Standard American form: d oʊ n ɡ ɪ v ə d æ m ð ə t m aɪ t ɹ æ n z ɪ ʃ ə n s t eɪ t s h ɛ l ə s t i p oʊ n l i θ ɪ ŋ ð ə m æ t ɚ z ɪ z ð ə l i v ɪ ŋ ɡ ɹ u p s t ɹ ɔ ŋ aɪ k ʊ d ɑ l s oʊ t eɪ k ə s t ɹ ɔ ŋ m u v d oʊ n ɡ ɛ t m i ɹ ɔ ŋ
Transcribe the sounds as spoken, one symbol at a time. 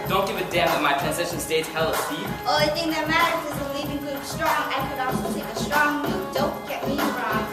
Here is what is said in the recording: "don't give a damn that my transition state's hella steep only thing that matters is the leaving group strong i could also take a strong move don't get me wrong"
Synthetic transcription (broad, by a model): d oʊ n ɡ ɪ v ə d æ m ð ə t m aɪ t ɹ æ n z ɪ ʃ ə n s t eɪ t h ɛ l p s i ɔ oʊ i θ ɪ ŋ ð ə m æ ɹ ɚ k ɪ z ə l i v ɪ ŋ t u s t ɹ ɔ ŋ aɪ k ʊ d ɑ s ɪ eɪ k ə s t ɹ ɔ ŋ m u d oʊ n ɡ ɛ t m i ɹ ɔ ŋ